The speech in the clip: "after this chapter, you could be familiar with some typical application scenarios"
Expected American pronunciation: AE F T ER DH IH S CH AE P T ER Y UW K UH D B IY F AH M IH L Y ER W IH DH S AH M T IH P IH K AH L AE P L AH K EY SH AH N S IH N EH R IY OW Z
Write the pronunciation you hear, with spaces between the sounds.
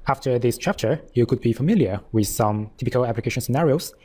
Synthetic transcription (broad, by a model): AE F T ER DH IH S CH AE P T ER Y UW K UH D B IY F AH M IH L Y ER W IH DH S AH M T IH P IH K AH L AE P L AH K EY SH AH N S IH N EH R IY OW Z